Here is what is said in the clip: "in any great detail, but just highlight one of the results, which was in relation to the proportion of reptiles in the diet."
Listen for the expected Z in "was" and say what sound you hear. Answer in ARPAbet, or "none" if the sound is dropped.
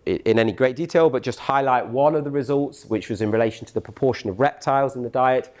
Z